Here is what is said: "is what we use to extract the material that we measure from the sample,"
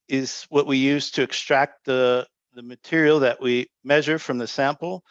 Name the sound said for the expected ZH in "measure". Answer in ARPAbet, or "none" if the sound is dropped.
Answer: ZH